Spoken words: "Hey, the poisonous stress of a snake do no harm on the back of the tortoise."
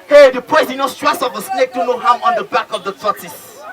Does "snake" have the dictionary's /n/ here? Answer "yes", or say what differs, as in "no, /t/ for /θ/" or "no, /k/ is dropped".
yes